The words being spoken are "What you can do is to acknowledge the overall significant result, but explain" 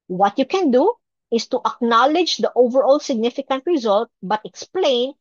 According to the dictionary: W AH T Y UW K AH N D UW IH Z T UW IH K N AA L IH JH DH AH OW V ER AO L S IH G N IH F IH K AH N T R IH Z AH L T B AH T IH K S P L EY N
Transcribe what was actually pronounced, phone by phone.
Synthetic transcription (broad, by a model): W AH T Y UW K AH N D UW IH S T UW IH K N AA L IH JH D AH OW V ER AO L S IH G N IH F IH K AH N T R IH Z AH L T B AH T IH K S P L EY N